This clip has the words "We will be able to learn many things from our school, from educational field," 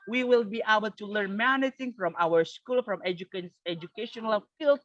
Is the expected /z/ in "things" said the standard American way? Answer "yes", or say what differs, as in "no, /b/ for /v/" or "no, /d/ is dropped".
no, /z/ is dropped